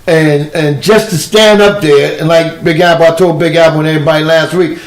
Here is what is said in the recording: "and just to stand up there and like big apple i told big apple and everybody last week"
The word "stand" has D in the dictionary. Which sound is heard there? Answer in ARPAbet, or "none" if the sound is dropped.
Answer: D